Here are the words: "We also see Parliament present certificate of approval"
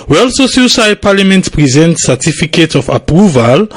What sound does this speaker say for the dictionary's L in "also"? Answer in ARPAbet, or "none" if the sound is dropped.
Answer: L